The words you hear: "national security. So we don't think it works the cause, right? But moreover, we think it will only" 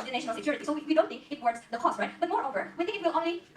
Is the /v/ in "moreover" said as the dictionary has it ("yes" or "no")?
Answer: yes